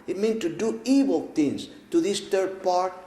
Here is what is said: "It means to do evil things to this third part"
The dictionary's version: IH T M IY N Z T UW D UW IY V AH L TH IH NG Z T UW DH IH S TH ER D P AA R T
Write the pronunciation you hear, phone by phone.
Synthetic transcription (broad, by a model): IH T M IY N T UW D UW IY W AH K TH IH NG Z T UW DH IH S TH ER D P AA R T